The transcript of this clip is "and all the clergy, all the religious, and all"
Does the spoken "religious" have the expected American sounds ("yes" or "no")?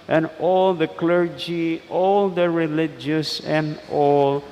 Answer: yes